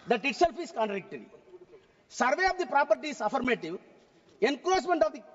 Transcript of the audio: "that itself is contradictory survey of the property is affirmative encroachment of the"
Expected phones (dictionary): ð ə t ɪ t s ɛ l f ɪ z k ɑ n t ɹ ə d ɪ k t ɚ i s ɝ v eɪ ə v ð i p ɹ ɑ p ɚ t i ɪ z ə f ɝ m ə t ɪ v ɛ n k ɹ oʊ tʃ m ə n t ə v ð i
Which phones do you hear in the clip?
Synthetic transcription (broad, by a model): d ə t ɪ t s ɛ l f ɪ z k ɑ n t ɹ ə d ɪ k t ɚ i s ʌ v eɪ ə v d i p ɹ ɑ p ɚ t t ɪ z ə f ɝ m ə t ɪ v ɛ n k l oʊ s m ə n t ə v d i